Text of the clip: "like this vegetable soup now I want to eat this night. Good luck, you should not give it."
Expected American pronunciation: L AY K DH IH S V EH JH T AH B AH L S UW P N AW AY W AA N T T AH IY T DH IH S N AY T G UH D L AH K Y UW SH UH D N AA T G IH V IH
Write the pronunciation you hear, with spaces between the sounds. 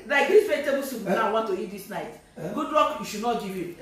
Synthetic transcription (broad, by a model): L AY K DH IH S F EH T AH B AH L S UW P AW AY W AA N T T AH IY T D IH S N AY T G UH D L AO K Y UW SH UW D N AA T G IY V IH